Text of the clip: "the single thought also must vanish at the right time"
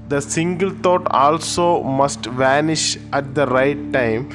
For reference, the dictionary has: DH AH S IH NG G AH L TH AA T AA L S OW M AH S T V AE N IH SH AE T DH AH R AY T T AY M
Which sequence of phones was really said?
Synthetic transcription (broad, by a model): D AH S IH NG G AH L T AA T AA L S OW M AH S T V AE N IH SH AE T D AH R AY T T AY M